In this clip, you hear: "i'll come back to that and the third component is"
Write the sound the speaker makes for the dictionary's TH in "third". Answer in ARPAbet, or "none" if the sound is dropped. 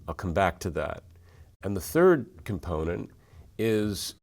TH